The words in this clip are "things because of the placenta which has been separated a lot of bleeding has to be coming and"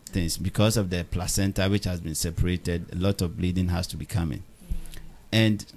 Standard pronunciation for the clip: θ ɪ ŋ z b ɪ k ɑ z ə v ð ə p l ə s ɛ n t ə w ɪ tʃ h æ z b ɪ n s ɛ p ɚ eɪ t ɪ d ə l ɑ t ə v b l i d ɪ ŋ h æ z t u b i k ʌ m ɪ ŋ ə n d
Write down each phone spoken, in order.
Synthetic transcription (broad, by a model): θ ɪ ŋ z b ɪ k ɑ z ə v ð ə p l ə s ɛ n t ə w ɪ tʃ h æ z b ɪ n s ɛ p ɚ eɪ t ɪ d ə l ɑ t ə v b l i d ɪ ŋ h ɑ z t u b i k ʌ m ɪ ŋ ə n d